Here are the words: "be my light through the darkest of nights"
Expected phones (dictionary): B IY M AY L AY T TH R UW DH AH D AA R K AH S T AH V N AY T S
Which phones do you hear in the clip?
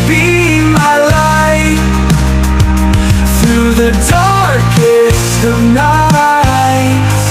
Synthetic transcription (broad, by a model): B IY M AY L AY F TH R UW DH AH D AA R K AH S AH V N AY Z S